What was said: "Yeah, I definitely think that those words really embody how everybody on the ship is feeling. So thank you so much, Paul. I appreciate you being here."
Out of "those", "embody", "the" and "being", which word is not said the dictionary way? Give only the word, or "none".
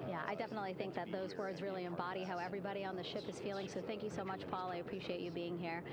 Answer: none